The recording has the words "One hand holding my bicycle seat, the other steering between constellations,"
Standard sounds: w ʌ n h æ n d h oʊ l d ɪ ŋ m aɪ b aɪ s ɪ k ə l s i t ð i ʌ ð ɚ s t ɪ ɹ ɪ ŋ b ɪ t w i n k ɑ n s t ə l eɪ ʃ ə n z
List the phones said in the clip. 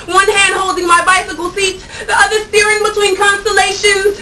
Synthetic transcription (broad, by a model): w ʌ n h æ n d h oʊ l d ɪ ŋ m aɪ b aɪ s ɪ k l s i t ð i ʌ ð ɚ s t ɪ ɹ ɪ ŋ b ɪ t w i n k ɑ n s t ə l eɪ ʃ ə n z